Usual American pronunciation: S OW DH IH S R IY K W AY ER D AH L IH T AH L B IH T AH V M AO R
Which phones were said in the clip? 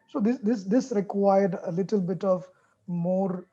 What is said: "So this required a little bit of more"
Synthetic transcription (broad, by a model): S OW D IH S R IY K W AY ER D AH L IH T AH L B IH T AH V M AO R